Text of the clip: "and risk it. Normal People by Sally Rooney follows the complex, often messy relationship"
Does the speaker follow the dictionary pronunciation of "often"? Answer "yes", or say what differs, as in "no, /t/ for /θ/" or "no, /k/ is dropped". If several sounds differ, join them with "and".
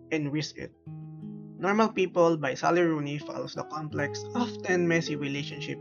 yes